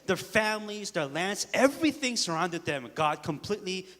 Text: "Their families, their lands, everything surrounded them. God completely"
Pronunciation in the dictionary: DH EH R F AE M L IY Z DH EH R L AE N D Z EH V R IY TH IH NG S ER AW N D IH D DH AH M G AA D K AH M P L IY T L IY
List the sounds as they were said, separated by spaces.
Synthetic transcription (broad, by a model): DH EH R F AE M L IY Z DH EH R L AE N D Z EH V R IY TH IH NG S ER AW N D IH D DH AH M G AA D K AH M P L IY T L IY